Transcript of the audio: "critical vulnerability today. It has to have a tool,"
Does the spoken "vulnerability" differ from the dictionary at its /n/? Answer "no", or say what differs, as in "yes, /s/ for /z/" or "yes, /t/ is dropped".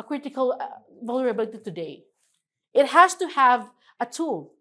yes, /n/ is dropped